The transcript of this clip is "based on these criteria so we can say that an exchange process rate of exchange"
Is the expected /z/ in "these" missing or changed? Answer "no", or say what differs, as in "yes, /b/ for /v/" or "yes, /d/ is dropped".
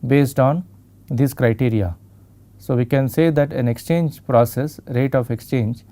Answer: yes, /s/ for /z/